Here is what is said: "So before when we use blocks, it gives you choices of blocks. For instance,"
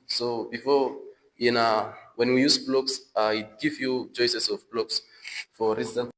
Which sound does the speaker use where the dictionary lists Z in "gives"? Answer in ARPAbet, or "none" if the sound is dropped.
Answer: none